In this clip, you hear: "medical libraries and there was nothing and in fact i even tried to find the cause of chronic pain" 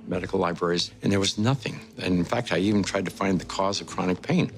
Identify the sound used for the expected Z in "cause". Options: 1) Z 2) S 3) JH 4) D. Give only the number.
1